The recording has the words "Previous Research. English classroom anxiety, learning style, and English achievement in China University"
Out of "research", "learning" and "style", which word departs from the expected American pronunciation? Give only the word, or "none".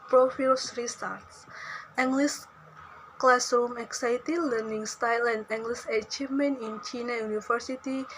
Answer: research